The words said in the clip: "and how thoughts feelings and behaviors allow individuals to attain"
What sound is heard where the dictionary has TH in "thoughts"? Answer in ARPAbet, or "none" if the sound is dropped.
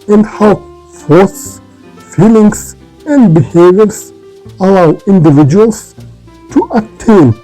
F